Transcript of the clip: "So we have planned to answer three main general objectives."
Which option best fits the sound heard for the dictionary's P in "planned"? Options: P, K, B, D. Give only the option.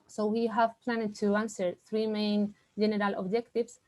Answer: P